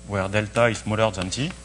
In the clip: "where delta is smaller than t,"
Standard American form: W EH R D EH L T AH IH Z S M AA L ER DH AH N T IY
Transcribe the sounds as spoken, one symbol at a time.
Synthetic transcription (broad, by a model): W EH R D EH L T AH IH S M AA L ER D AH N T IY